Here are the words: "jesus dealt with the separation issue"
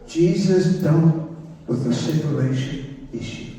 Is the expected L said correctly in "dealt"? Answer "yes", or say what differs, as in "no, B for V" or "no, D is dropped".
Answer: no, N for L